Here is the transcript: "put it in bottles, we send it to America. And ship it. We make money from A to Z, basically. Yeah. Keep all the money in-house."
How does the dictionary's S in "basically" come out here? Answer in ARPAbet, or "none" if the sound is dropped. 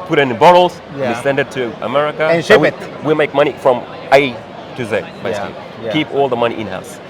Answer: none